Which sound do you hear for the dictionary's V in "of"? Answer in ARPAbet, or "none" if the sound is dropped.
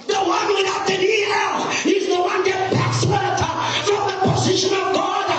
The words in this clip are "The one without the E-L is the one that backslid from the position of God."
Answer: V